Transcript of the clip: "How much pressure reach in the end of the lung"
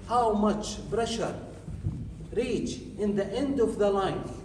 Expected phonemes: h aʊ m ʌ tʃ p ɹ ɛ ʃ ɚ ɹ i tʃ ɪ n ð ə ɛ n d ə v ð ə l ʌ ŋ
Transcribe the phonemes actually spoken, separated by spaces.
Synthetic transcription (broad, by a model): h aʊ m ʌ tʃ b ɹ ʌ ʃ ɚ ɹ i tʃ ɪ n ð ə ɛ n d ə v ð ə l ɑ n